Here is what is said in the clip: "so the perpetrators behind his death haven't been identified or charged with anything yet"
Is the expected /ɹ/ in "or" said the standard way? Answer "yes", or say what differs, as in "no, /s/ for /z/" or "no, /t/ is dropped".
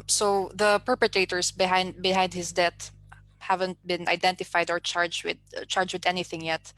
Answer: yes